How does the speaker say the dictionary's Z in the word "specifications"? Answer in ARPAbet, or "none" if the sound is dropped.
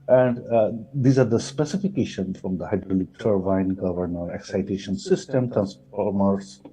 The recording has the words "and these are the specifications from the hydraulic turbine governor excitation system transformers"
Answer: none